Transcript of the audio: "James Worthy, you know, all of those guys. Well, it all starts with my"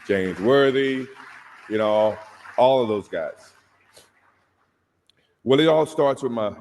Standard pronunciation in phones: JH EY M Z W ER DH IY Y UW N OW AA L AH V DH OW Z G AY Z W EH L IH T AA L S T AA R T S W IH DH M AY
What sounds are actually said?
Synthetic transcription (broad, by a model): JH EY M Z W ER DH IY Y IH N OW AA L AH V DH OW Z G AY Z W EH L IH T AA L S T AA R T S W IH DH M AY